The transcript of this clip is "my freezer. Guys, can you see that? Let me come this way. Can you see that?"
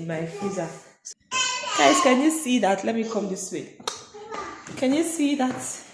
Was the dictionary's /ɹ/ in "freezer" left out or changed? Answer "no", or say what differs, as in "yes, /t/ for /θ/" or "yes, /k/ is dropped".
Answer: yes, /ɹ/ is dropped